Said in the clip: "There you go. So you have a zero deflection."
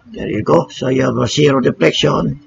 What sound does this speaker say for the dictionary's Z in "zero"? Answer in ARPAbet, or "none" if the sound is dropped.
S